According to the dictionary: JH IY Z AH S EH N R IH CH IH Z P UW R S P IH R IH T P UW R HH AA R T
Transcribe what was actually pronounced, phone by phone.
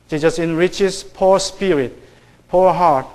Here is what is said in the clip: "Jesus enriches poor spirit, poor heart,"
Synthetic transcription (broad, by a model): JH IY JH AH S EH N R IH CH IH S P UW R S P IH R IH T P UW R HH AA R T